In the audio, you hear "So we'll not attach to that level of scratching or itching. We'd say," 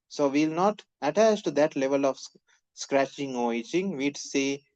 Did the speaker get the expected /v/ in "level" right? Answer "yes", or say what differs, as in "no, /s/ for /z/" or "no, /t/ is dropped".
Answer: yes